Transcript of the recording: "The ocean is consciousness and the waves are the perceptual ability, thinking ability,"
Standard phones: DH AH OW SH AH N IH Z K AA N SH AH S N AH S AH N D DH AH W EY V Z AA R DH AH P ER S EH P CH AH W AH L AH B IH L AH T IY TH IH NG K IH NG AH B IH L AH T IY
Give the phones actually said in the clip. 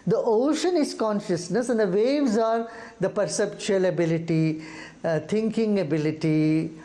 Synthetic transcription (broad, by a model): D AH OW SH AH N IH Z K AA N SH AH S N AH S AH N D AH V EY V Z AA R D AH P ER S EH P CH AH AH L AH B IH L AH T IY T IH NG K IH NG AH B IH L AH T IY